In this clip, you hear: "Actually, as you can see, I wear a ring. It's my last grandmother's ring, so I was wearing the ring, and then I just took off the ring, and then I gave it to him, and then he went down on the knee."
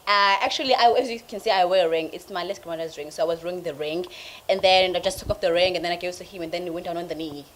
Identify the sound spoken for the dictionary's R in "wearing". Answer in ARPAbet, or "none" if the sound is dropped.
none